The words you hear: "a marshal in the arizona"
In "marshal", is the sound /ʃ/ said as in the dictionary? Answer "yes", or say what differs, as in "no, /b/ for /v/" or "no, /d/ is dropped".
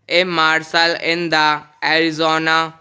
no, /s/ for /ʃ/